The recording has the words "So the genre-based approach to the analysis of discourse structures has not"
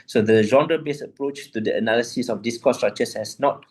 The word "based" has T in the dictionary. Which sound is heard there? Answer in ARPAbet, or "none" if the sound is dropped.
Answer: none